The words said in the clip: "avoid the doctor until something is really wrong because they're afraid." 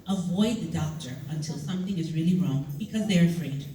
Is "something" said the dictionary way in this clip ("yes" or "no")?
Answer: yes